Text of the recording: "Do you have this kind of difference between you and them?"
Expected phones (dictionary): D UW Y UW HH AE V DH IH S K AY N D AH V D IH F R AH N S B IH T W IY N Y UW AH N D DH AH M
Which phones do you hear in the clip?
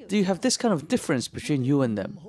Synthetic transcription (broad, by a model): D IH Y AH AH V DH IH S K AY N D AH V D IH F R AH N S B IH T W IY N Y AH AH N DH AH M